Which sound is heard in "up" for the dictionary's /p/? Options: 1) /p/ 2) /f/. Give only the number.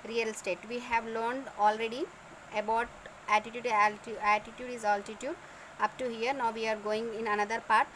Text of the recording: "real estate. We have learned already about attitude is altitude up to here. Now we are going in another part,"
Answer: 1